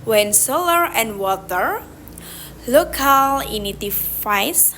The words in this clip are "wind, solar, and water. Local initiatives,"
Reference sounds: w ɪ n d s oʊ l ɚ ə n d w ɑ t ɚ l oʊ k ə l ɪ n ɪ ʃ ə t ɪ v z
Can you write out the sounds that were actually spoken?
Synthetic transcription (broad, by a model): w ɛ n s oʊ l ɚ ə n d w ɑ t ɚ l oʊ k ə l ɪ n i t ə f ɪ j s